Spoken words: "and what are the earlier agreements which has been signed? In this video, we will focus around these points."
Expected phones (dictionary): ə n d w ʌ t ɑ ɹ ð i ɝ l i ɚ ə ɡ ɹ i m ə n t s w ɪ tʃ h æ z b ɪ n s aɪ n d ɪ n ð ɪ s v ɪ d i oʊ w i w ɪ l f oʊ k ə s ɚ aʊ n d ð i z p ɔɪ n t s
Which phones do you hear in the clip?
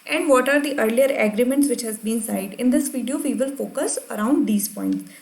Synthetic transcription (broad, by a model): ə n d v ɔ t ɑ ɹ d i ɝ l i ɚ ə ɡ ɹ i m ə n t s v ɪ tʃ h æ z b ɪ n s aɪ d ɪ n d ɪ s v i d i oʊ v i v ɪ l f oʊ k ə s ɚ aʊ n d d i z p ɔɪ n t s